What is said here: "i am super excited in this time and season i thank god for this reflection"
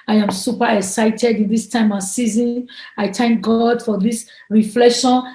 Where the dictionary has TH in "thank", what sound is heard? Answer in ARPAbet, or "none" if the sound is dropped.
T